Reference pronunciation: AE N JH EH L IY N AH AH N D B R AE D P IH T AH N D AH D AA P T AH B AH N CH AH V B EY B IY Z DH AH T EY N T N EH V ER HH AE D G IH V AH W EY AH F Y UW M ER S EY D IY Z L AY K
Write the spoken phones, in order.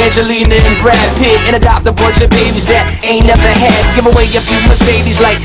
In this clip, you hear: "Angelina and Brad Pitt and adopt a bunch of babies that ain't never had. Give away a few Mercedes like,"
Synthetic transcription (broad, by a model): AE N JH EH L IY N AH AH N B R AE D P IH T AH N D AH D AA P T AH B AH CH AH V B EY B IY Z DH AH T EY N N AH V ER HH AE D G IH V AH W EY AH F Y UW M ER S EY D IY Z L AY K